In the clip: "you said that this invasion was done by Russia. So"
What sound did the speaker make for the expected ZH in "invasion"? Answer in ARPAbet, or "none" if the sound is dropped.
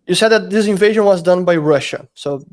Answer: ZH